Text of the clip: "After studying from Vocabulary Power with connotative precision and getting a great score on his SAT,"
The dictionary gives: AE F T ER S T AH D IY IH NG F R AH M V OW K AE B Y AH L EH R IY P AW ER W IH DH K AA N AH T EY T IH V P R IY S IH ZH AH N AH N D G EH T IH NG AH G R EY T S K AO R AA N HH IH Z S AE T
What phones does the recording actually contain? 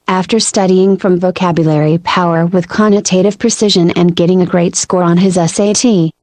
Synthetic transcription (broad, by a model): AE F T ER S T AH D IY IH NG F R AH M V OW K AE B Y AH L EH R IY P AW ER W IH DH K AA N AH T EY T IH V P R IY S IH ZH AH N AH N G EH T IH NG AH G R EY T S K AO R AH N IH Z S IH T